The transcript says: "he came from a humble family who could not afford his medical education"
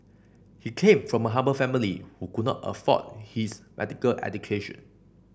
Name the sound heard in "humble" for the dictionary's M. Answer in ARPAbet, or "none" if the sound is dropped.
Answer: none